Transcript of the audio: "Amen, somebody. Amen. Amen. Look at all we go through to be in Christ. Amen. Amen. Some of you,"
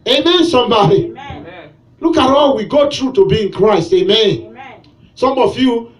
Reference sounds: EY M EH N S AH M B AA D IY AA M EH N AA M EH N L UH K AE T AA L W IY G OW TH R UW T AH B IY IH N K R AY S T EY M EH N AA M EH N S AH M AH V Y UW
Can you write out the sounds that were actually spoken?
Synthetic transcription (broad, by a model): EY M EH N S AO M B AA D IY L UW K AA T AA L W IY G OW T R UW T AH B IY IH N K R AY S T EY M M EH N S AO M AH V Y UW